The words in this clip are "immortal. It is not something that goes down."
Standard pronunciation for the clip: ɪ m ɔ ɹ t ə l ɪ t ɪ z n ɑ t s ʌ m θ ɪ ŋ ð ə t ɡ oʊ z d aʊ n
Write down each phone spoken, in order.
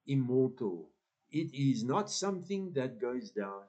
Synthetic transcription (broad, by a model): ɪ m ɔ ɹ t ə l ɪ t ɪ z n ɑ t s ʌ m θ ɪ ŋ ð ə t ɡ oʊ z d aʊ n